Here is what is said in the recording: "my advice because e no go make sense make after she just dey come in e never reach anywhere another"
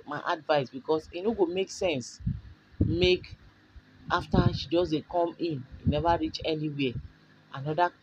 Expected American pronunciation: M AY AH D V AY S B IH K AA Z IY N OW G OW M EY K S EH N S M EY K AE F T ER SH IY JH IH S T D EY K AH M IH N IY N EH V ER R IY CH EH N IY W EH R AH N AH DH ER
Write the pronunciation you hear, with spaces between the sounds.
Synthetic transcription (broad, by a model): M AY AH D V AY S B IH K AA S IY N OW G OW M EY K S EH N S M EY K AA F T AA SH IY JH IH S D EY K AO M IH N IY N EH V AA R IY CH EH N IY W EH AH N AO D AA